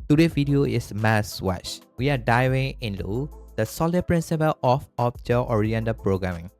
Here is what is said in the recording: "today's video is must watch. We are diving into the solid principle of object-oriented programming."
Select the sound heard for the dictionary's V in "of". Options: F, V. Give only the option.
F